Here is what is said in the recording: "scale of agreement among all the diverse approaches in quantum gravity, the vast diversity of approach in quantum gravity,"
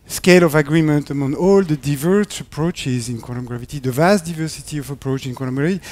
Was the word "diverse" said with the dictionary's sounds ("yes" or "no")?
yes